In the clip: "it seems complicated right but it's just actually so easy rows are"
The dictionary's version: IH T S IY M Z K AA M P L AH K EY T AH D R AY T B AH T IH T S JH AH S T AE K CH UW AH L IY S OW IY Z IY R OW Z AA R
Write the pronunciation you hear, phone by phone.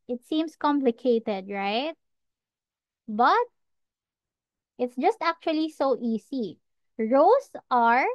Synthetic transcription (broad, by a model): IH T S IY M S K AA M P L AH K EY T AH D R AY T B AH T IH T S JH AH S T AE K CH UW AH L IY S OW IY S IY R OW S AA R